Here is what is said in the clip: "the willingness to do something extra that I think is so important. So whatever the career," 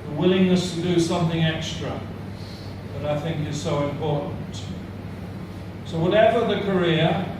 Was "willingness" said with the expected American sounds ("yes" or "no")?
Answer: yes